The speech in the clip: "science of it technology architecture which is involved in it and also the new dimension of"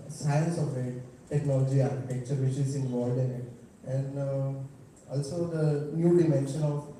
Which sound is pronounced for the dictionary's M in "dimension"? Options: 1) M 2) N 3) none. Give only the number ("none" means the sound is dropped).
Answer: 1